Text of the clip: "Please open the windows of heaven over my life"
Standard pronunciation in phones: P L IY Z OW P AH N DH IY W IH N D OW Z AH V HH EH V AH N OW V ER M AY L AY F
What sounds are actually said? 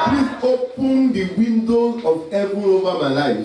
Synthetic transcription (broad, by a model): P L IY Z OW P AH N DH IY W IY N D OW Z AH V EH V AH OW V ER M AY L AY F